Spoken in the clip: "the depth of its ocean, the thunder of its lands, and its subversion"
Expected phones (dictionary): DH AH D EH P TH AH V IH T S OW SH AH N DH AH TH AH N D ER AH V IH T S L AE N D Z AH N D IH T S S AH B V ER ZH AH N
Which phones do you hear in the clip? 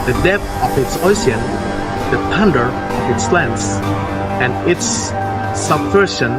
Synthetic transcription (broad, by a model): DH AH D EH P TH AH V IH T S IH S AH N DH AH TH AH N D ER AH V IH T S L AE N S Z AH N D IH T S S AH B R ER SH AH N